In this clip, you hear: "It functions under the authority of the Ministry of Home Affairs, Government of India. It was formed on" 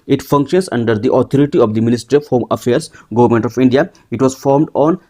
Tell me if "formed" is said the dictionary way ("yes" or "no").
yes